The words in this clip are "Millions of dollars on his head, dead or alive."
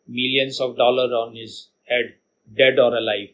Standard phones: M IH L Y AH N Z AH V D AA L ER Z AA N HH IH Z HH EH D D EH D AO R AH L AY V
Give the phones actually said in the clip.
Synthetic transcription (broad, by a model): M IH L Y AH N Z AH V D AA L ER AA N HH IH Z HH EH D D EH D AO R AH L AY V